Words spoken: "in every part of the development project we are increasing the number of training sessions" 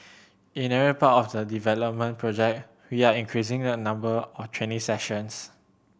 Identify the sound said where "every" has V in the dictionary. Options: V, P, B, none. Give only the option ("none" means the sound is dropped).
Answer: none